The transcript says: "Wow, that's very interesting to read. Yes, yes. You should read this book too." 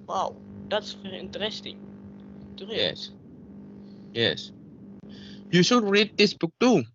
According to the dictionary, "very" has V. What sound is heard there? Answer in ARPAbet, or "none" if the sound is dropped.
F